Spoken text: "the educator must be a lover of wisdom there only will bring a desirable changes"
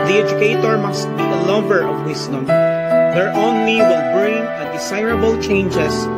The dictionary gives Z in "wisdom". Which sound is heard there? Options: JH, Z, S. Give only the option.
S